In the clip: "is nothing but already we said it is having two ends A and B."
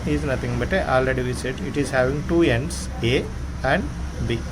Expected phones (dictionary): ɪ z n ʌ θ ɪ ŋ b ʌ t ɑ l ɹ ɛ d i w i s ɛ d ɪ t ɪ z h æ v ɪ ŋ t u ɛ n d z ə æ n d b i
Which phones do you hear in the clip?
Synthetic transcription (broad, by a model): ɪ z n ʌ t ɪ ŋ b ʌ t ɑ l ɹ ɛ d i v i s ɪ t ɪ t ɪ z h æ v ɪ ŋ t u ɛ n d s ə æ n d b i